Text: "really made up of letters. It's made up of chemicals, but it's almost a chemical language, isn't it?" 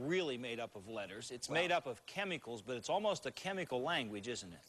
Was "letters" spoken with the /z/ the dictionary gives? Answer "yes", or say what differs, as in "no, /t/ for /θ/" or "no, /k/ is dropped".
yes